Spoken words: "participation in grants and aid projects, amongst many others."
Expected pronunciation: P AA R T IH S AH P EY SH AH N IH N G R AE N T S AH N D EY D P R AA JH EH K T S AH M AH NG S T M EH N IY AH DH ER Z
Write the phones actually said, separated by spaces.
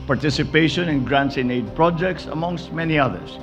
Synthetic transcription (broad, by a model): P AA R T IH S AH P EY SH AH N IH N G R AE N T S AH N EY D P R AA JH EH K T S AH M AH NG S T M EH N IY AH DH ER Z